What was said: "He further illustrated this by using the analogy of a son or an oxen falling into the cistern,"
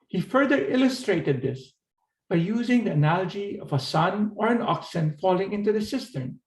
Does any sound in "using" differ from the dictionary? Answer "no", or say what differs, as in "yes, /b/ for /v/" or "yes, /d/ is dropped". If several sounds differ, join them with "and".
no